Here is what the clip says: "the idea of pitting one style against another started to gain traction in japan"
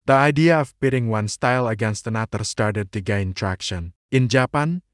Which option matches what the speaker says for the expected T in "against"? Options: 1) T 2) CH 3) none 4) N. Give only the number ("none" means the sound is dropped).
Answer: 1